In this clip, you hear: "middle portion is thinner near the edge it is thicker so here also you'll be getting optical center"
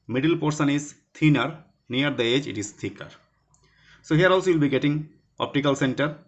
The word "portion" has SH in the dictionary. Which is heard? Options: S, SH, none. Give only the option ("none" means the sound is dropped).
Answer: S